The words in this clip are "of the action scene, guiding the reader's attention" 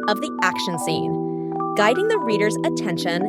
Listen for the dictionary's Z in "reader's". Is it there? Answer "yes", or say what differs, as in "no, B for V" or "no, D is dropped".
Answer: yes